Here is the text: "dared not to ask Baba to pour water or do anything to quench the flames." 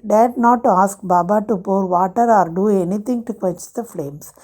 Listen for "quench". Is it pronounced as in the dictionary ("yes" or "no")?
no